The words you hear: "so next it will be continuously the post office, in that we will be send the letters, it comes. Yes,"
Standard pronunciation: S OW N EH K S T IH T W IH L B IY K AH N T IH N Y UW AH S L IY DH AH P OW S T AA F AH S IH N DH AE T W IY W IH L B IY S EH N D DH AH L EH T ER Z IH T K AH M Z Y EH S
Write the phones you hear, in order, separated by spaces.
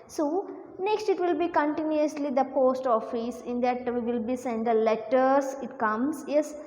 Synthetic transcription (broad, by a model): S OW N EH K S T IH T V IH L B IY K AH N T IH N Y UW AH S L IY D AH P OW S T AA F AH S IH N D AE T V IY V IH L B IY S EH N D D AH L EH T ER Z IH T K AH M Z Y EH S